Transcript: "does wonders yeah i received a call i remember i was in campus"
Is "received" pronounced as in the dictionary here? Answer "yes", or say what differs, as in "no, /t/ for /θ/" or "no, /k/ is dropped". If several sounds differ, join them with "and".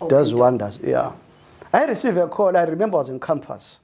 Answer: no, /d/ is dropped